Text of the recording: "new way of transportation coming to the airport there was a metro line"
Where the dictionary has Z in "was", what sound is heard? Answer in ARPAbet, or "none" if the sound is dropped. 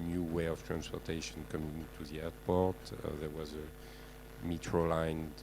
Z